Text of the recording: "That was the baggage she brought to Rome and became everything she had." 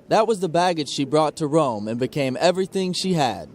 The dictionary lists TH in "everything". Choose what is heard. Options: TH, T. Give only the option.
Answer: TH